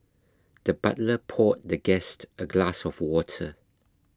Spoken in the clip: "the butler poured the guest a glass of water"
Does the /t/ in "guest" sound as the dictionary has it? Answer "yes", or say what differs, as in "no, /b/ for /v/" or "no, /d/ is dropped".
yes